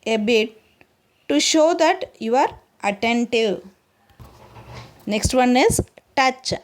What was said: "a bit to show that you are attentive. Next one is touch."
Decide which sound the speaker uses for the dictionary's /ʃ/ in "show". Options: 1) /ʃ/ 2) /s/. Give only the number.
1